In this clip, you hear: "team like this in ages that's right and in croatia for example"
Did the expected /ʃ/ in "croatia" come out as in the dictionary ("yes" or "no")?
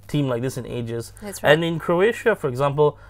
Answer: yes